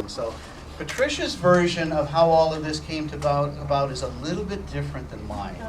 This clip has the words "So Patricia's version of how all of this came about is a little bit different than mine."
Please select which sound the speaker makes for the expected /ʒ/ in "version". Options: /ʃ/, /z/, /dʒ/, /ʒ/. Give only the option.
/ʒ/